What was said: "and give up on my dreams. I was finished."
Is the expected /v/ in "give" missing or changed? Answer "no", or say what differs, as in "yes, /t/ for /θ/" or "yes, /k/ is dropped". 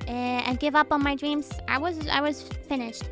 no